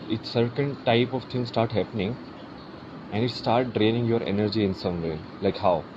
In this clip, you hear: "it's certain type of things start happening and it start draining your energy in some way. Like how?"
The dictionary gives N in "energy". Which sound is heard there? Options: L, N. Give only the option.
N